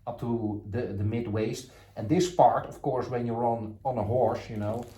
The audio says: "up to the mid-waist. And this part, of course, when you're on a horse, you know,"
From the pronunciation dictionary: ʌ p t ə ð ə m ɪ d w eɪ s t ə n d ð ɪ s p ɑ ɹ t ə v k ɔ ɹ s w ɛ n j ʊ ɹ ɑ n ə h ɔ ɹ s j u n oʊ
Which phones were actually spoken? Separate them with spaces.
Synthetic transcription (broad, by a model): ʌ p t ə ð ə m ɪ d w eɪ s t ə n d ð ɪ s p ɑ ɹ t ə f k ɔ ɹ s w ɛ n j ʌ ɹ ɑ n ə h ɔ ɹ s j u n oʊ